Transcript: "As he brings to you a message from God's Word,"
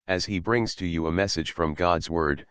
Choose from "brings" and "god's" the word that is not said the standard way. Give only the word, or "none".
none